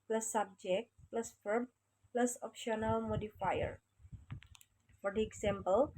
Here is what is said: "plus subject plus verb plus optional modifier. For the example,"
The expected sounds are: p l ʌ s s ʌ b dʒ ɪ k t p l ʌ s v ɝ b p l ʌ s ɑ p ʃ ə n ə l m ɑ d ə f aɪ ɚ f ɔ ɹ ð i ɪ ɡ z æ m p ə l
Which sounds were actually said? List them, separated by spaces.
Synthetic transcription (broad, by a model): p l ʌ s s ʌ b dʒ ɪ k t p l ʌ s f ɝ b p l ʌ s ɑ p ʃ ə n ə l m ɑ d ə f aɪ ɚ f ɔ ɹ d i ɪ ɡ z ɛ m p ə l